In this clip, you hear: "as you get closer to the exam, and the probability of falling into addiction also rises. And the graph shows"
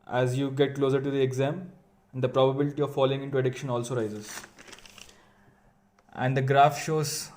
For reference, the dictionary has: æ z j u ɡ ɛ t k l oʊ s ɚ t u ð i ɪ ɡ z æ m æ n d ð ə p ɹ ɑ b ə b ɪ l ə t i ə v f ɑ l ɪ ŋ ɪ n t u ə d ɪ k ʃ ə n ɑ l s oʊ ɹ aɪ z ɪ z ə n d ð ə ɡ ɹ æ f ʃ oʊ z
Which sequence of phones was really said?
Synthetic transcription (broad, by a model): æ z j u ɡ ɛ t k l oʊ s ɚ t u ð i ɪ ɡ z æ m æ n d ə p ɹ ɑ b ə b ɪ l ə t i ə v f ɑ l ɪ ŋ ɪ n t u ə d ɪ k ʃ ə n ɑ l s oʊ ɹ aɪ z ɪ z ə n d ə ɡ ɹ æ f ʃ oʊ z